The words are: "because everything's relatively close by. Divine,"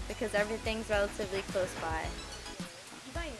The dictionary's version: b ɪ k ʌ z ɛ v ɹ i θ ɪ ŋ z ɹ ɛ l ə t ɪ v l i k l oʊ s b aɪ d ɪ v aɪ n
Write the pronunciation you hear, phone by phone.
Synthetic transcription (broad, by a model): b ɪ k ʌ z ɛ v ɹ i θ ɪ ŋ z ɹ ɛ l ə t ɪ v l i k l oʊ s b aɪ ɪ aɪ